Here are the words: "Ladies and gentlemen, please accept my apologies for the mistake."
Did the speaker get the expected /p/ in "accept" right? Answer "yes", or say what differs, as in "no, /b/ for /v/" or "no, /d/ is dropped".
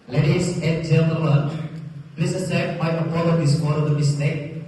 no, /p/ is dropped